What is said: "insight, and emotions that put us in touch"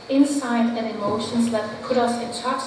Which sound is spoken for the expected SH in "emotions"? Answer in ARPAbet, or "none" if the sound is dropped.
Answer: SH